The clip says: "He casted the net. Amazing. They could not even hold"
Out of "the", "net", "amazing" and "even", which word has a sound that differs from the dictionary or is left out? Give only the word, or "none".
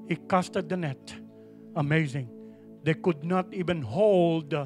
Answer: none